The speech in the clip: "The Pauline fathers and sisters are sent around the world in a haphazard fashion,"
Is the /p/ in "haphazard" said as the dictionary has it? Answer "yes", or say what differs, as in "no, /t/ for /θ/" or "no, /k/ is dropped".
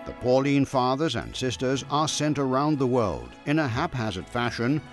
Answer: yes